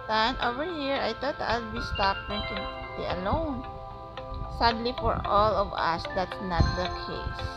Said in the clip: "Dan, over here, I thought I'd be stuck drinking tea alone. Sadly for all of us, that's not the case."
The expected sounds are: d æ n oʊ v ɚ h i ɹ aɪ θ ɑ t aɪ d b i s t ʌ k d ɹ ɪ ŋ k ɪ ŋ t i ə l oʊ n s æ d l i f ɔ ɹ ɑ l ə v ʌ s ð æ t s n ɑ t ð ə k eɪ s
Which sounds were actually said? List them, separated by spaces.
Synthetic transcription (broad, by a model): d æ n oʊ v ɚ h i ɹ aɪ t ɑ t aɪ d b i s t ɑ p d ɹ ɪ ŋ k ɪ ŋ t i ə l oʊ n s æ d l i f ɔ ɹ ɑ l ə v ʌ s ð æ t s n ɑ t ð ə k eɪ s